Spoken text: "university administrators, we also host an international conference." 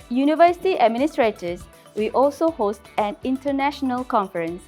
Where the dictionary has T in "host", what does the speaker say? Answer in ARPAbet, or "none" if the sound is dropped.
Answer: T